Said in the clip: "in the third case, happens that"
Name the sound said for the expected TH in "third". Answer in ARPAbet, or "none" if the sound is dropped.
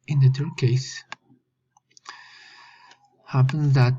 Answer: T